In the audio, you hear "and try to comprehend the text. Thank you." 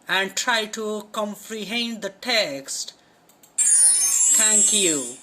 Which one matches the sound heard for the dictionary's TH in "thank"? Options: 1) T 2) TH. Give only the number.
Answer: 1